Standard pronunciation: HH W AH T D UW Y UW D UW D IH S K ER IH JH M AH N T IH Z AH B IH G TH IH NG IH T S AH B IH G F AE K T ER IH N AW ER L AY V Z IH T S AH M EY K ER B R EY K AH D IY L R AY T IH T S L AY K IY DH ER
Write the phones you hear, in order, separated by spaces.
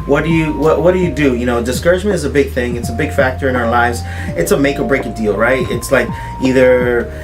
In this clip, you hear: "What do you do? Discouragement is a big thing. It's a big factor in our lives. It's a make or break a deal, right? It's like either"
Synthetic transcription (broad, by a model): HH W AH T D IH Y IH D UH D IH S K ER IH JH M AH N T IH Z AH B IH G TH IH NG IH T S AH B IH G F AE K T ER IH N AW ER L AY V Z IH T S AH M EY K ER B R EY K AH D IY L R AY T IH T S L AY K IY DH ER